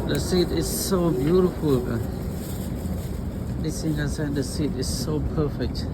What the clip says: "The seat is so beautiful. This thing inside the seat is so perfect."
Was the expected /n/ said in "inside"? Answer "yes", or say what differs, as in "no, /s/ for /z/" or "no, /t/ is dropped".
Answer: no, /n/ is dropped